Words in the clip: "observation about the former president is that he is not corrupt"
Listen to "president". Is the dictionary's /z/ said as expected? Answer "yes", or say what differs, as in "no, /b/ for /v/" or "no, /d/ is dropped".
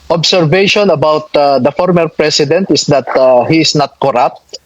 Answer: no, /s/ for /z/